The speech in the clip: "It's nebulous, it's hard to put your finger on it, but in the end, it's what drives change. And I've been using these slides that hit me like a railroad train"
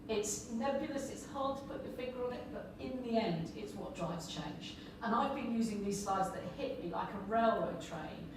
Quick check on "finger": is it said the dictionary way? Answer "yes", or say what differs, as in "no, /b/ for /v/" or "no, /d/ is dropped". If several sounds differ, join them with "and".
no, /ŋ/ is dropped